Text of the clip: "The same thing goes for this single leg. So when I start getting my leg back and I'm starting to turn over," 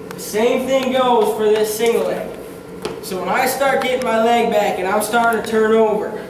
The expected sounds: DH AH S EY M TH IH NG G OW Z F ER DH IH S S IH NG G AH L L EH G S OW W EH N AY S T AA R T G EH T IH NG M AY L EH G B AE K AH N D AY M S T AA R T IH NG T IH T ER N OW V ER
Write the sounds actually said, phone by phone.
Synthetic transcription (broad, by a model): DH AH S EY M TH IH NG G OW Z F ER DH IH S S IH NG G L L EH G S OW W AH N AY S T AA R T G EH T IH NG M AY L EH G B AE K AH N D AY M S T AA R T IH NG T IH T ER N OW V ER